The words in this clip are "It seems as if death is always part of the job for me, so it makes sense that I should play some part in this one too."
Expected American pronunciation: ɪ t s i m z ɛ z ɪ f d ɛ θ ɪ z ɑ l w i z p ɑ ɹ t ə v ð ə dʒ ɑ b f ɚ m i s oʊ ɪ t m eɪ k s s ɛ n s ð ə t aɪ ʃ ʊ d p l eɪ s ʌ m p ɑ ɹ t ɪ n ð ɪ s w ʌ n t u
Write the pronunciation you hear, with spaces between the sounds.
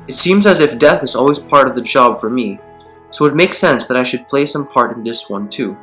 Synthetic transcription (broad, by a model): ɪ t s i m z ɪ z ɪ f d ɛ θ ɪ z ɑ l w i z p ɑ ɹ t ə v ð ə dʒ ɑ b f ɚ m i s oʊ ɪ t m eɪ k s s ɛ n s ð ə t aɪ ʃ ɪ d p l eɪ s ʌ m p ɑ ɹ t ɪ n ð ɪ s w ʌ n t u